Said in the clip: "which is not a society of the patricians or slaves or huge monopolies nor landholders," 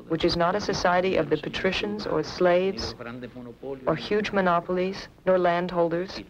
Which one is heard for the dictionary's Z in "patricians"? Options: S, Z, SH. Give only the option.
Z